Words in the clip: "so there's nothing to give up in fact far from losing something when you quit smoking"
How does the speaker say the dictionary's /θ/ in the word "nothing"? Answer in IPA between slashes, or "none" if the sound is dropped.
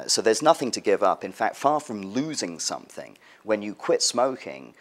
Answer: /θ/